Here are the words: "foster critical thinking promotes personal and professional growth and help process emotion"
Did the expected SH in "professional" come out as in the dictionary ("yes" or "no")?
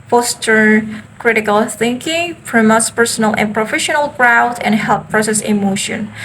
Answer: yes